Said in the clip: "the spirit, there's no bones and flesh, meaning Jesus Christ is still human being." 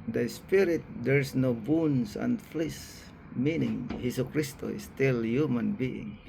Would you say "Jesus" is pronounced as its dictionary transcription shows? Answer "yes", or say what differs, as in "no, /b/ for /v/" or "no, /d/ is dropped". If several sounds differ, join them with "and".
no, /s/ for /z/ and /s/ is dropped